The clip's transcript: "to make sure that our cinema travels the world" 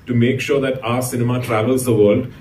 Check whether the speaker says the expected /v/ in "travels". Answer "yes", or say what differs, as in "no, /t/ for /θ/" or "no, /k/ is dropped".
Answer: yes